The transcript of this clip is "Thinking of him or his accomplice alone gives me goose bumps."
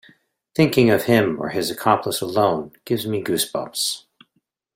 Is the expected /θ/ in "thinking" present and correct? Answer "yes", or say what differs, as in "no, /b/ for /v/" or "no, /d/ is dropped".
yes